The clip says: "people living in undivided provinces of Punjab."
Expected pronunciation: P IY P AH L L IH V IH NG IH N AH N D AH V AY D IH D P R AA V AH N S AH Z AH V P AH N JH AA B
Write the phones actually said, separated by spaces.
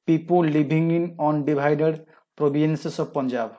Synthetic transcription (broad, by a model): P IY P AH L L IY B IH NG IH N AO N D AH B AY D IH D P R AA B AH N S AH S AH B P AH N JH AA B